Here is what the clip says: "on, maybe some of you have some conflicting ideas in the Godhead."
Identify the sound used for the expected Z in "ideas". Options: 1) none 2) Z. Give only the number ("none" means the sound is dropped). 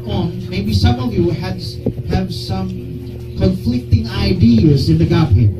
2